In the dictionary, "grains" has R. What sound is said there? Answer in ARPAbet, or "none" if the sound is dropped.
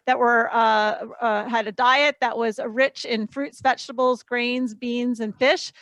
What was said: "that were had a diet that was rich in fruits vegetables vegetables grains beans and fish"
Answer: R